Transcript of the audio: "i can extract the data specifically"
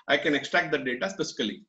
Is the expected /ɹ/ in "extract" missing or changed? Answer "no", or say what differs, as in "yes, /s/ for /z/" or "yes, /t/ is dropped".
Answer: no